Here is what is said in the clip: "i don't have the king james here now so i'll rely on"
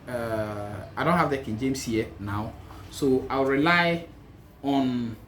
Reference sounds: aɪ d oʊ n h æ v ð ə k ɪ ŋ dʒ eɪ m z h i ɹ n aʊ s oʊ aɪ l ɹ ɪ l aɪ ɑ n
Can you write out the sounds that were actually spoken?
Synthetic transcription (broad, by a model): aɪ d oʊ n h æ v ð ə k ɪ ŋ dʒ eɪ m s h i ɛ n aʊ s oʊ aɪ w ɹ ɪ l aɪ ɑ n